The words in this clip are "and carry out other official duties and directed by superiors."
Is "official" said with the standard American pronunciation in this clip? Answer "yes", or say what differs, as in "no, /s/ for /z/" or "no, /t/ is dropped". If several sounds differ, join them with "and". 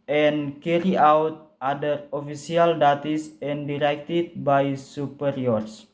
no, /s/ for /ʃ/